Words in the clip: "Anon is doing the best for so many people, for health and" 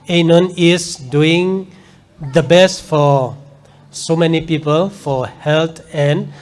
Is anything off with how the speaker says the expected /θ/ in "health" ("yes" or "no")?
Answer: yes